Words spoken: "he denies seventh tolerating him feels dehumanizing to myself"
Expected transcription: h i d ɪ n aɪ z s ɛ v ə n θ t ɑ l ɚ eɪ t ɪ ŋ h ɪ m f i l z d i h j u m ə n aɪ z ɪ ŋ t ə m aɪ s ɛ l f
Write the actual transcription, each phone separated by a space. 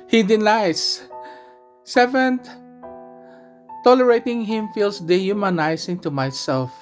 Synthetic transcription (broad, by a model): h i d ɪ n aɪ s s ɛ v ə n t t ɑ l ɚ eɪ t ɪ ŋ h ɪ m f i l s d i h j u m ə n aɪ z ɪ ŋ t ə m aɪ s ɛ l f